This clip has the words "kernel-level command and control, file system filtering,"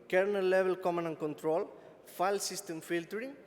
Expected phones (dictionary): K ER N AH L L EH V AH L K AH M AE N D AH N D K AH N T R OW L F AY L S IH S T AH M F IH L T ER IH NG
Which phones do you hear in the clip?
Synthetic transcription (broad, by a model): K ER N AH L L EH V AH L K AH M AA N AH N K AH N T R OW L F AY L S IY S T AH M F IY L T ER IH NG